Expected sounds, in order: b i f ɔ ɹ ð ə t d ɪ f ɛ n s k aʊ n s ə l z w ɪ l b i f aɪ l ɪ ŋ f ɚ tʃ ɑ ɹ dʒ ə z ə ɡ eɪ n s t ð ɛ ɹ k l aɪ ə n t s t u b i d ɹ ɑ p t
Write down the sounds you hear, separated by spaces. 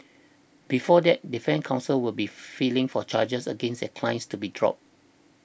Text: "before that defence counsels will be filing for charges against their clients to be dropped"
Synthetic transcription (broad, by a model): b i f ɔ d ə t d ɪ f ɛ n k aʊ n s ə l w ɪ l b i f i l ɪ ŋ f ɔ tʃ ɑ dʒ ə s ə ɡ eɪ n s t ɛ k l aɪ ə n s t u b i d ɹ ɑ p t